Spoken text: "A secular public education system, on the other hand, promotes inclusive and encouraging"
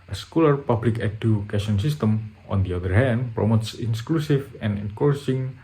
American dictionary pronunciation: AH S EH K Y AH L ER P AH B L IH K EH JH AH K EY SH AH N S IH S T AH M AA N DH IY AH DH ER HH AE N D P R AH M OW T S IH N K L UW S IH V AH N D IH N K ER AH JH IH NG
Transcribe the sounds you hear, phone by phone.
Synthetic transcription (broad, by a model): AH S K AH L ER P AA B L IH K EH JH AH K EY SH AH N S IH S T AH M AA N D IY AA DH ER HH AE N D P R AH M OW T S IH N K L UW S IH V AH N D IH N K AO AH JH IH NG